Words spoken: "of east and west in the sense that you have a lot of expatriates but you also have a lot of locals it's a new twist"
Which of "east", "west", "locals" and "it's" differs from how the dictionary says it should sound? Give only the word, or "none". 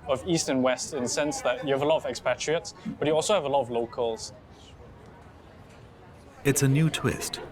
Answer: none